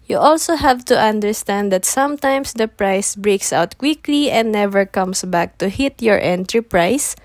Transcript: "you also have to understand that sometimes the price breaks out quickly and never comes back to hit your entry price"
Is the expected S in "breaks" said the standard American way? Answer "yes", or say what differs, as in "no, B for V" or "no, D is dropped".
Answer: yes